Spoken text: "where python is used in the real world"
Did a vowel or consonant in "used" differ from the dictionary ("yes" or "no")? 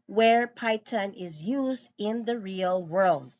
no